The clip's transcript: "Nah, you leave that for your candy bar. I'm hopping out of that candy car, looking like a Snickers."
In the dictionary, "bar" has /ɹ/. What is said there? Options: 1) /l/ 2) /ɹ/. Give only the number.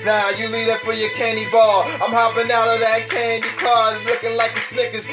1